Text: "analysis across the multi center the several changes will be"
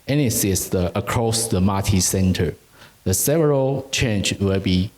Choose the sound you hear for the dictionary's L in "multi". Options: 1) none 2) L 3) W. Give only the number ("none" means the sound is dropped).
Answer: 1